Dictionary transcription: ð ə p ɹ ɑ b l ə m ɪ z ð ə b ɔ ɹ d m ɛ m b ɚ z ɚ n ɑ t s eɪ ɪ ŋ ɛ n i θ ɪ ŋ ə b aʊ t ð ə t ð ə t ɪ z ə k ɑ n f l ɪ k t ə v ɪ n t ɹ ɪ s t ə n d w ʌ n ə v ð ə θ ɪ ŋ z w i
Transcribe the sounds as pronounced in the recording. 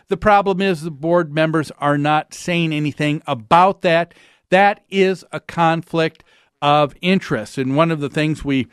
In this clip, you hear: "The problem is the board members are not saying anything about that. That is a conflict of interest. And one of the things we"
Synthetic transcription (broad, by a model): ð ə p ɹ ɑ b l ə m ɪ z ð ə b ɔ ɹ d m ɛ m b ɚ z ɚ n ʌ t s eɪ ɪ ŋ ɛ n i θ ɪ ŋ ə b aʊ t ð ə t ð ə t ɪ z ə k ɑ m f l ɪ k t ə v ɪ n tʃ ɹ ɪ s t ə n w ʌ n ə v ð ə θ ɪ ŋ z w i